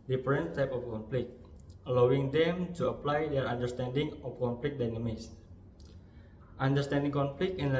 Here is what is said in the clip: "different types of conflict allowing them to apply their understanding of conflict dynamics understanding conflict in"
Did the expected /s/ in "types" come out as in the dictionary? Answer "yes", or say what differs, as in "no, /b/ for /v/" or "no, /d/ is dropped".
no, /s/ is dropped